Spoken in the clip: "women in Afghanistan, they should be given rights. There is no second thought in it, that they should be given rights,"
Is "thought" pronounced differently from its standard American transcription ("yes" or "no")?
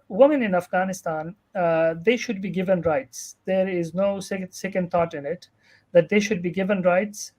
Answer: yes